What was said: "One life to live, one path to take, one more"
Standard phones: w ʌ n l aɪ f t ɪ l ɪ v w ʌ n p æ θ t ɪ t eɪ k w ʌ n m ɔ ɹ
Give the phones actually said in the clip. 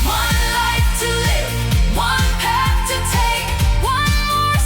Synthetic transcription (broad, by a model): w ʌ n l aɪ f t ɪ l ɪ v w ʌ n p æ f t ɪ t eɪ k w ʌ n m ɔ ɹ